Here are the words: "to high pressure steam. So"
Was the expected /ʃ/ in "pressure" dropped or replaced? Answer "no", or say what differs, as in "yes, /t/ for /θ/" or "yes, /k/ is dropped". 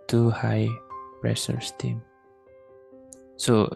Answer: yes, /s/ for /ʃ/